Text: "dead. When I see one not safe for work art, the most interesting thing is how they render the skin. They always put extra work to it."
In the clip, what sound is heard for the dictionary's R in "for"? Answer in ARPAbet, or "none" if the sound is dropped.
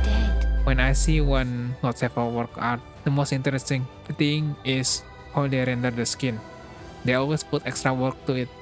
L